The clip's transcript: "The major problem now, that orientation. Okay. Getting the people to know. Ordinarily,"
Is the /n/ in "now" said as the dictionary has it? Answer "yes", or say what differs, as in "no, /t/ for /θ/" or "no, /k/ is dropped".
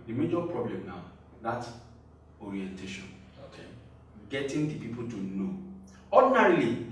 yes